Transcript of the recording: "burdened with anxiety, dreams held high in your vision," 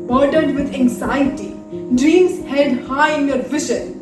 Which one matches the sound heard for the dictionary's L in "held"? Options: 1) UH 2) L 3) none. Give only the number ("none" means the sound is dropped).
3